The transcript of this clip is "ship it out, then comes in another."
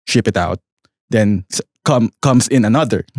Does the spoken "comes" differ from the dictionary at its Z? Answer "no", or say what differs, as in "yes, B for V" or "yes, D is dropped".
yes, S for Z